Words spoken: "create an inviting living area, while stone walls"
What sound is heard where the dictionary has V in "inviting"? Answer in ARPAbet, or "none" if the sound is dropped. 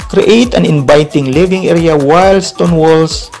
B